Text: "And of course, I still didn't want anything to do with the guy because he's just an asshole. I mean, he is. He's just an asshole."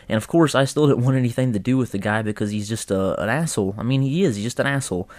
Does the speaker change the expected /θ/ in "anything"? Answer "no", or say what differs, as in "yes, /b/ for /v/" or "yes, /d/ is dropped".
no